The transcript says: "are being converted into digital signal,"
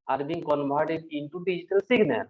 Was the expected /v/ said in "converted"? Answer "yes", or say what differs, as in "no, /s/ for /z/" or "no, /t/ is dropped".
no, /b/ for /v/